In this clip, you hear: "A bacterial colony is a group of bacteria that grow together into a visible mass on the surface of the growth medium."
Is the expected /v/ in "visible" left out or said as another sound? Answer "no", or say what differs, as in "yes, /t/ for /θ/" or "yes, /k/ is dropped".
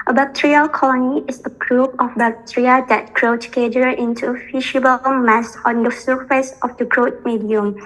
yes, /f/ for /v/